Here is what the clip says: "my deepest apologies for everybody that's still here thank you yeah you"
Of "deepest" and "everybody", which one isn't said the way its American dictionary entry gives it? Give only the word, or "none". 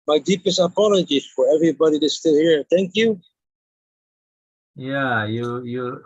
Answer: none